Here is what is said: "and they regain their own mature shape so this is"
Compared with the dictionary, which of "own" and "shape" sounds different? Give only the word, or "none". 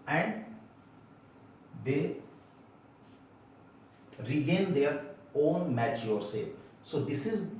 shape